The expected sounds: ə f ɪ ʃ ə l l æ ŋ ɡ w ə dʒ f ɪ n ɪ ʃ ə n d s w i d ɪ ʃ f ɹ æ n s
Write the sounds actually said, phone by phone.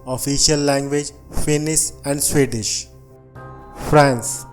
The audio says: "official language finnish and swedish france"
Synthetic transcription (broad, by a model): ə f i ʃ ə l l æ ŋ ɡ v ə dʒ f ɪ n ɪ s ə n d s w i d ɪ ʃ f ɹ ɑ n s